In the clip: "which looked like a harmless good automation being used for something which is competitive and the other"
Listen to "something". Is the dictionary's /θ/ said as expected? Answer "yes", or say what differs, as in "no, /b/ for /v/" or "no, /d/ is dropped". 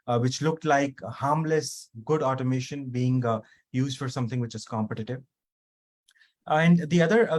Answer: no, /t/ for /θ/